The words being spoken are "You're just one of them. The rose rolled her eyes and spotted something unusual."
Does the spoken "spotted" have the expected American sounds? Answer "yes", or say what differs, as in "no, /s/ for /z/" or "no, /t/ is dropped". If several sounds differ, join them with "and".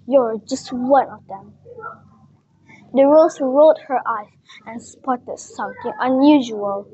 yes